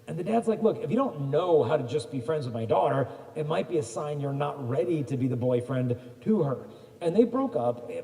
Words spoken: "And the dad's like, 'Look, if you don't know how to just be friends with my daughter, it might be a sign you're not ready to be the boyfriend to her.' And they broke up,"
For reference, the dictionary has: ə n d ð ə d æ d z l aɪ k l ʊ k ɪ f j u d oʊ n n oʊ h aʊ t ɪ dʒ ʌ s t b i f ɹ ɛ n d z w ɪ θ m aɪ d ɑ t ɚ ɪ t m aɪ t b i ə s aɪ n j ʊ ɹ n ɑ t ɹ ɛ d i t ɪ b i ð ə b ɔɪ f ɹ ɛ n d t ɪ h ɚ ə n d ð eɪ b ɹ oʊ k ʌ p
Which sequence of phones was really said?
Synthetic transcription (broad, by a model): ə n ð ə d æ d z l aɪ k l ʊ k ɪ f j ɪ d oʊ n n oʊ h aʊ t ɪ dʒ ʌ s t b i f ɹ ɛ n d z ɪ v m aɪ d ɑ t ɚ ɪ t m aɪ t b i ə s aɪ n j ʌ ɹ n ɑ t ɹ ɛ d i t ɪ b i ð ə b ɔɪ f ɹ ɛ n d t ɪ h ɚ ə n ð eɪ b ɹ oʊ k ʌ p